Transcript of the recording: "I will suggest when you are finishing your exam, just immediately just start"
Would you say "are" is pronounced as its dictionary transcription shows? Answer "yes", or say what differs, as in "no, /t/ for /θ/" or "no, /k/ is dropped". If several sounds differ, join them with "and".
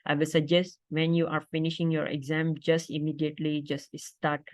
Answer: yes